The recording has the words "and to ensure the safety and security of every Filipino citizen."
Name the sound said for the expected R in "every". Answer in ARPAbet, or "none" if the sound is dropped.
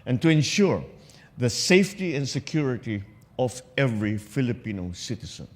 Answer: R